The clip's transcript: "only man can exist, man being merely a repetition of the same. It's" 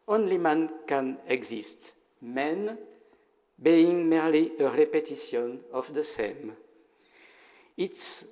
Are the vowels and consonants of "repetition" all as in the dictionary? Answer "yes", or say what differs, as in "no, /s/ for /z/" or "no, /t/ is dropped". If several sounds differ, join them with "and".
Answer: no, /s/ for /ʃ/